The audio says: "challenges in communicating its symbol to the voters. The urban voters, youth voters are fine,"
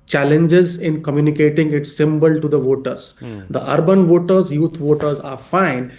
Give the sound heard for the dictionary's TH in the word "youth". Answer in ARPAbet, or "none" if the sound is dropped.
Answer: T